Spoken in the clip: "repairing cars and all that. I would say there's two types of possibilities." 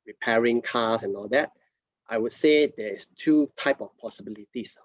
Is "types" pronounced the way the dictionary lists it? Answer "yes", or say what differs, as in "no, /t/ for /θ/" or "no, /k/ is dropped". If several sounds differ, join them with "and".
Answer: no, /s/ is dropped